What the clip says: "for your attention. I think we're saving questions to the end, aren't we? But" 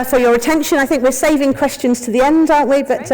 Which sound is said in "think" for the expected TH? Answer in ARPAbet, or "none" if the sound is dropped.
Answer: TH